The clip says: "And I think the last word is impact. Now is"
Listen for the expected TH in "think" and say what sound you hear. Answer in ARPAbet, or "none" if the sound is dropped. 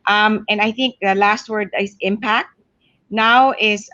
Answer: TH